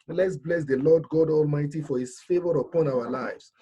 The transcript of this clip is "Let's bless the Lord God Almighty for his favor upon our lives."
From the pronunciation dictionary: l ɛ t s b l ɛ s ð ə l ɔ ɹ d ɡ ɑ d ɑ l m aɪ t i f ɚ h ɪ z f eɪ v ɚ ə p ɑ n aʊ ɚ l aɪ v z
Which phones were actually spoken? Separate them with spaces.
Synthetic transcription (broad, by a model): l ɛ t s b l ɛ s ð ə l ɔ d ɡ ɑ d ɑ l m aɪ t i f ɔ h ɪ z f eɪ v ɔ ə p ɑ n aʊ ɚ l aɪ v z